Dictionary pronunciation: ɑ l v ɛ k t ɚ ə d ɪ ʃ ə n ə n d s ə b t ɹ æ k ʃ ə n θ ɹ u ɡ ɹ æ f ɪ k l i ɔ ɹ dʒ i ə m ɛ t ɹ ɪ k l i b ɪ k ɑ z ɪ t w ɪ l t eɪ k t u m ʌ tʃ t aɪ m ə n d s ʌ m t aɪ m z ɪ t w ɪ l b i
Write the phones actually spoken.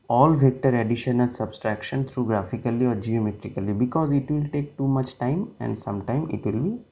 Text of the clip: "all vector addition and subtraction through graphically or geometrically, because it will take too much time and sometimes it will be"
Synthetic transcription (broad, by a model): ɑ l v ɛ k t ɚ ə d ɪ ʃ ə n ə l s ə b t ɹ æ k ʃ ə n t ɹ u ɡ ɹ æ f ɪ k l i ɔ ɹ dʒ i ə m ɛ t ɹ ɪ k l i b ɪ k ɑ z ɪ t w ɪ l t eɪ k t u m ʌ tʃ t aɪ m ə n d s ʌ m t aɪ m ɪ t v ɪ l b i